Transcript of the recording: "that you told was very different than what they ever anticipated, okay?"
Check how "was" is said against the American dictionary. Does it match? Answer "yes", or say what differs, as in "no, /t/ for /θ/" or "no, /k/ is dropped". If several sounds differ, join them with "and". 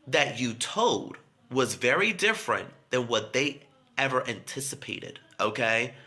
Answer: yes